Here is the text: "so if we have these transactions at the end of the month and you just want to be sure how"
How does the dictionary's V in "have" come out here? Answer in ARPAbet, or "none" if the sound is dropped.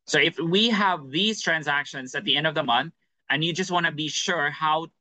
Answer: V